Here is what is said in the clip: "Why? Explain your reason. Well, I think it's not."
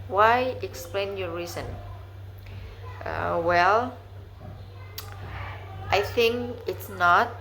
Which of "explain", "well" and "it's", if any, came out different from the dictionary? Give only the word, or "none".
none